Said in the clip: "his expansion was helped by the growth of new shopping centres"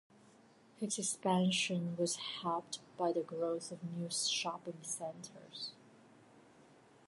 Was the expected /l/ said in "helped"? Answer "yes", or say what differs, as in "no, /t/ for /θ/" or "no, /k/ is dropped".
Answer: no, /l/ is dropped